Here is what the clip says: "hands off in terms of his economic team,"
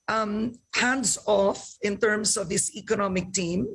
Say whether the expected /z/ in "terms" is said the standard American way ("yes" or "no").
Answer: no